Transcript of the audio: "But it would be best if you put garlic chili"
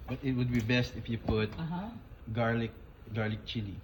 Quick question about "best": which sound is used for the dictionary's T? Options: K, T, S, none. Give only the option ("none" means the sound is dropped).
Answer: T